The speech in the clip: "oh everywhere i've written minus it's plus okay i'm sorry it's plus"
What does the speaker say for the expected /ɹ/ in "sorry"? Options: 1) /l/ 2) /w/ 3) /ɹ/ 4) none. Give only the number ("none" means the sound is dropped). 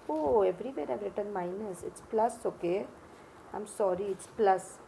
3